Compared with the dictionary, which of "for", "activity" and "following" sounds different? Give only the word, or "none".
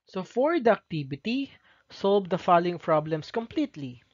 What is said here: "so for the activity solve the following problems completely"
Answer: activity